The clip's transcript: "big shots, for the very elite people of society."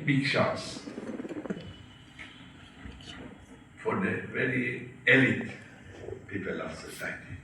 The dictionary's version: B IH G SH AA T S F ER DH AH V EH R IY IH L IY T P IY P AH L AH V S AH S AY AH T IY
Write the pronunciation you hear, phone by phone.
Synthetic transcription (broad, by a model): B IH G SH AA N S F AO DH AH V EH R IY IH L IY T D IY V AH L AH P S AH S AY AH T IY